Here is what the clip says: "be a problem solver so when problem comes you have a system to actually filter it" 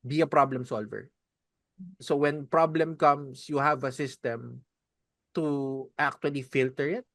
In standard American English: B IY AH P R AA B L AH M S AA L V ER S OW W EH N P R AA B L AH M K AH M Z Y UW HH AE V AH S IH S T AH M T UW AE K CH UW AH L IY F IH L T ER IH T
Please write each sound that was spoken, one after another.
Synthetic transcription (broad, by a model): B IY AH P R AA B L AH M S AA L V ER S OW W EH N P R AA B L AH M K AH M S Y UW HH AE V AH S IH S T AH M T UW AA K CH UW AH L IY F IH L T ER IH T